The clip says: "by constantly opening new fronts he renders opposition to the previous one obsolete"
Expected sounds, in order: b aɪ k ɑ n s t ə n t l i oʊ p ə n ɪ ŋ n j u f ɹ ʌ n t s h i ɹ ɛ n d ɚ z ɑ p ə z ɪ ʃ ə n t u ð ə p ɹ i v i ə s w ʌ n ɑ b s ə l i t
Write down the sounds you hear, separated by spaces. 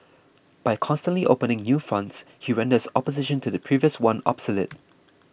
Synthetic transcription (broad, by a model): b aɪ k ɑ n s t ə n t l i oʊ p ə n ɪ ŋ n j u f ɹ ʌ n t s h i ɹ ɛ n d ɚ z ɑ p ə z ɪ ʃ ə n t u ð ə p ɹ i v i ə s w ʌ n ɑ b s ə l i t